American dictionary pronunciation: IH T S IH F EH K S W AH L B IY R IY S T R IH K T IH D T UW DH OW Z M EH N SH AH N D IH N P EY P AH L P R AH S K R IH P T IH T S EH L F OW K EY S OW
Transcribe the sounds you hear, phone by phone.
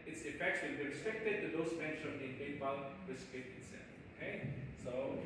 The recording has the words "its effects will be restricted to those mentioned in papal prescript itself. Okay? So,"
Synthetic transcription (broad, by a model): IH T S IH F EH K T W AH N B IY R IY S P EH K T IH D T UW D OW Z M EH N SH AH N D IH N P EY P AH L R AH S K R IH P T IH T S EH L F OW K EY S OW